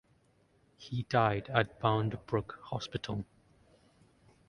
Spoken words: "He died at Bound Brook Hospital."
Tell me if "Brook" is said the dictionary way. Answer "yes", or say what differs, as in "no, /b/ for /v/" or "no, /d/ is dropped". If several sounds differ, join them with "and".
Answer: yes